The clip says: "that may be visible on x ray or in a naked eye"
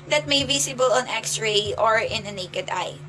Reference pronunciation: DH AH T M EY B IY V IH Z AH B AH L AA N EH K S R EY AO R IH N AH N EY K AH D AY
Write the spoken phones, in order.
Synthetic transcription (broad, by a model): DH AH T M EY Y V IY S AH B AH L AA N EH K S R EY AO R IH N AH N EY K AH D AY